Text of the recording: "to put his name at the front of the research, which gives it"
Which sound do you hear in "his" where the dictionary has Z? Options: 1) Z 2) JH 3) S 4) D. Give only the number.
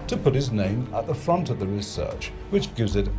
1